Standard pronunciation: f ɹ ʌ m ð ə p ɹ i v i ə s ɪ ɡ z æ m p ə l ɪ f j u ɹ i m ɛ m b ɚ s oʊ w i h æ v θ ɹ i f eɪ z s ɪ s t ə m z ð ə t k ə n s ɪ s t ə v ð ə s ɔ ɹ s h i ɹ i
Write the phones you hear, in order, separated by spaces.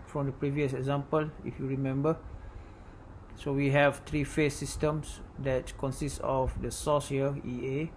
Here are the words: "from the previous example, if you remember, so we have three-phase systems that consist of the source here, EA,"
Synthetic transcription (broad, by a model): f ɹ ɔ m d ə p ɹ i v i ə s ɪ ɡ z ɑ m p ə l ɪ f j u ɹ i m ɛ m b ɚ s oʊ w i h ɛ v t ɹ i f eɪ s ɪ s t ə m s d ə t k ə n s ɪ s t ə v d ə s ɔ s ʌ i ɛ